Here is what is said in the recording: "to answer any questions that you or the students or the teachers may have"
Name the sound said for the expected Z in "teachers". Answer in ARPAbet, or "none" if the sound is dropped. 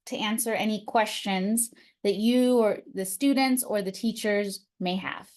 Z